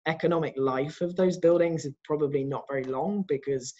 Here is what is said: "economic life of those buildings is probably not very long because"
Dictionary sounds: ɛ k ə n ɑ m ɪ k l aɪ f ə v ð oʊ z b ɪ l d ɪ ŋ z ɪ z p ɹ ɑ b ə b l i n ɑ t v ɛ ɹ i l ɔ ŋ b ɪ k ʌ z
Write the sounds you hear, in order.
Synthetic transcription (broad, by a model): ɛ k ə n ɑ m ɪ k l aɪ f ə v ð oʊ z b ɪ l d ɪ ŋ z ɪ z p ɹ ɑ b ə b l i n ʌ t v ɛ ɹ i l ɔ ŋ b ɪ k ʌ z